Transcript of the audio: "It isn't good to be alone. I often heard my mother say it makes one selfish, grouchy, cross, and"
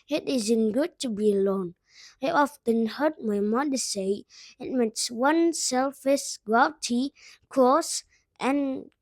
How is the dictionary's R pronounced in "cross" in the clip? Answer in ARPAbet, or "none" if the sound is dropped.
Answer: none